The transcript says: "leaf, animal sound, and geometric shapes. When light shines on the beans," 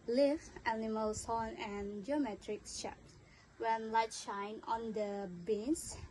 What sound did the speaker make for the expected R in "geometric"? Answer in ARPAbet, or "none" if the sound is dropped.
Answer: R